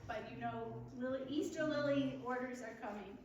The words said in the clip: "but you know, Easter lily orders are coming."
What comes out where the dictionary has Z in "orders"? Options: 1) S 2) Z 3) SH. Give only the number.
2